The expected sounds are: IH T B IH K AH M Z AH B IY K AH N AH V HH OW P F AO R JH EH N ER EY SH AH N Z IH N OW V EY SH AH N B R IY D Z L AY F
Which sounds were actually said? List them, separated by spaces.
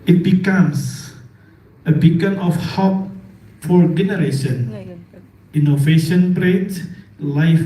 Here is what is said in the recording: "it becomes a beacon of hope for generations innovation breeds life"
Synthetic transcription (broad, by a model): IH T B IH K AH M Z AH B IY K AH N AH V HH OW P F AO R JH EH N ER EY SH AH N IH N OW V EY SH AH N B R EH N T L AY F